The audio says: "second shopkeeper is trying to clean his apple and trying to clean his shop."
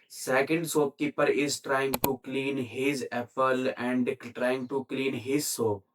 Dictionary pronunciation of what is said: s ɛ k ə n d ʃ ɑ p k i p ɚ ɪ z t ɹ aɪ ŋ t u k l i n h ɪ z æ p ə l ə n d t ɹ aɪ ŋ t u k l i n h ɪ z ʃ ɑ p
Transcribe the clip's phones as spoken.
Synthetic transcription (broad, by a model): s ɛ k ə n d s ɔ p k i p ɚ ɪ z t ɹ aɪ ŋ t u k l i n h ɪ z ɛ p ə l ə n d t ɹ aɪ ŋ t u k l i n h ɪ z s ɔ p